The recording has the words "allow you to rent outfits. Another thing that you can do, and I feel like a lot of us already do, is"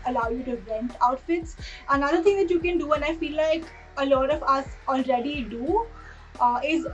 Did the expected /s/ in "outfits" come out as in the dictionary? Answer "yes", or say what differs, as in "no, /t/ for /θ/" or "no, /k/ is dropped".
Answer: yes